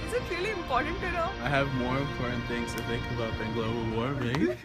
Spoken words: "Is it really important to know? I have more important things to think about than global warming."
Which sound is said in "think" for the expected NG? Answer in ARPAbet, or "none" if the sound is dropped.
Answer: none